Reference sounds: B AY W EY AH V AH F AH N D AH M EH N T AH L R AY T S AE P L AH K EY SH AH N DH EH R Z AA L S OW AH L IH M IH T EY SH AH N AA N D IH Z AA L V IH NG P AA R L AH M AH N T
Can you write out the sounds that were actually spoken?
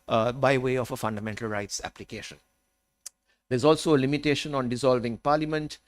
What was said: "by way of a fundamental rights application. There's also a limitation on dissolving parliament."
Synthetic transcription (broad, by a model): B AY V EY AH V AH F AH N D AH M EH N T AH L R AY T S AE P L AH K EY SH AH N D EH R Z AA L S OW AH L IH M IH T EY SH AH N AA N D IH Z AA L V IH NG P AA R L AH M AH N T